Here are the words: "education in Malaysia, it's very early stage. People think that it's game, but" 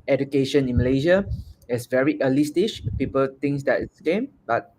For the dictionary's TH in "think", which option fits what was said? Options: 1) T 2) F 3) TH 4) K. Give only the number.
1